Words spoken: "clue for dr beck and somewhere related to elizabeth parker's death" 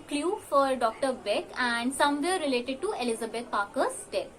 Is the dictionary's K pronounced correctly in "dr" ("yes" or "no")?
yes